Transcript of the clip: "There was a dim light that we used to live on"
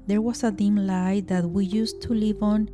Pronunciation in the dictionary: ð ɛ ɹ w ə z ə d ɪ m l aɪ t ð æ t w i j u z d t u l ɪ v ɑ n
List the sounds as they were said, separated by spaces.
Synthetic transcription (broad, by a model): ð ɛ ɹ w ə s ə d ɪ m l aɪ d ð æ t w i j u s t u l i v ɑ n